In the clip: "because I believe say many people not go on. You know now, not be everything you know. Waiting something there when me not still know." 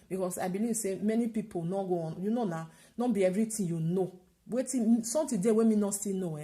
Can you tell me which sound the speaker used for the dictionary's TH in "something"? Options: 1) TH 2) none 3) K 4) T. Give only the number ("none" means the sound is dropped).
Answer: 4